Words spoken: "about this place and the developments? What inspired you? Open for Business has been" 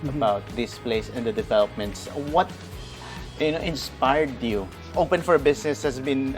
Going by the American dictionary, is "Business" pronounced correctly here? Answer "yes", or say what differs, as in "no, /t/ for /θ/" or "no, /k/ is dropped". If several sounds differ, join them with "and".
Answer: no, /s/ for /z/